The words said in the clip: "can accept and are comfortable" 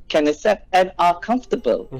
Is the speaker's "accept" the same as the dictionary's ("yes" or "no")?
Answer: no